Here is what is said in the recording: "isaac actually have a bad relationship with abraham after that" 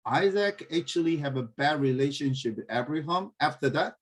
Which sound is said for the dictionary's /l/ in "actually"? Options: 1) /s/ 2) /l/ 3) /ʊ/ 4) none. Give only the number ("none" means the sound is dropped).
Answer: 2